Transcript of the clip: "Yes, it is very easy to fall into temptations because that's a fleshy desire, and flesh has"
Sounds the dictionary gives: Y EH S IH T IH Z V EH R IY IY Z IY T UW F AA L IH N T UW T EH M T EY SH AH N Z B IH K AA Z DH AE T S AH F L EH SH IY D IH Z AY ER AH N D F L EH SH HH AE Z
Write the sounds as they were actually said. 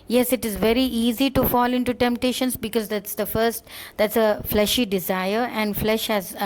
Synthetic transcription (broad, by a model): Y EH S IH T IH Z V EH R IY IY Z IY T UW F AA L IH N T UW T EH M T EY SH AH N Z B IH K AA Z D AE T S AH F L EH SH IY D IH Z AY ER AH N D F L EH SH HH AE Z